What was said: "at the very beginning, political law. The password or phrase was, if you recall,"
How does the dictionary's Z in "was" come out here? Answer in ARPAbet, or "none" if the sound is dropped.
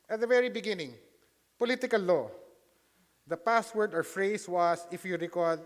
S